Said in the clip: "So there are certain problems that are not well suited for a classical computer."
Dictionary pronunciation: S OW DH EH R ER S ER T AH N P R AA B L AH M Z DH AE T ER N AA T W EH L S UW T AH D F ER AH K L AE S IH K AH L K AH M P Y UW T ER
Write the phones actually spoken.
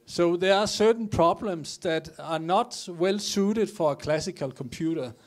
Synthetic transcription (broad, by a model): S OW DH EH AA S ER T N P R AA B L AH M S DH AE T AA N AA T W EH L S UW T AH D F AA AH K L AE S IH K AH L K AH M P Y UW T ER